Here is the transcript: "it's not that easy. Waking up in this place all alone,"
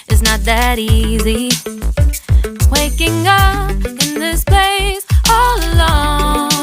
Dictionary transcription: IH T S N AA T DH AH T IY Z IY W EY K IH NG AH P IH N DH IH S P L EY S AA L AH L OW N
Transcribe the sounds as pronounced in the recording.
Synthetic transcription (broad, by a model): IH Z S N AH T DH AH T IY Z IY W EY K IH NG AH P IH N DH IH S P EY S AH L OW